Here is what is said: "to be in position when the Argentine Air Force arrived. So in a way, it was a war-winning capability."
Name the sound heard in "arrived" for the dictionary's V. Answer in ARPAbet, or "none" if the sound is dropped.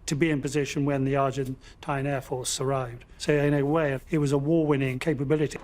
V